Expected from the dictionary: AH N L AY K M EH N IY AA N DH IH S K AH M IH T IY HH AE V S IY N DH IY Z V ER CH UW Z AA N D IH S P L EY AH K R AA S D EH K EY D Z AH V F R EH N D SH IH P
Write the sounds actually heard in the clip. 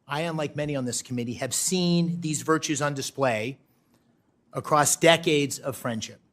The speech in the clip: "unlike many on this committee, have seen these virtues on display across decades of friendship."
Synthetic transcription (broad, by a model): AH N L AY K M EH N IY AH N DH IH S K AH M IH T IY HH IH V S IY N DH IY Z V ER CH UW Z N D IH S P L EY AH K R AA S D EH K EY D Z AH V F R EH N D SH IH P